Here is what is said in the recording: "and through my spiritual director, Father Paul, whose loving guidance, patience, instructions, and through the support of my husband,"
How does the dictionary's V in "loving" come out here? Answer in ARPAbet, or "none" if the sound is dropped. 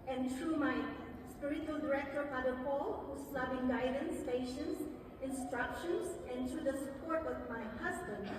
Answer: B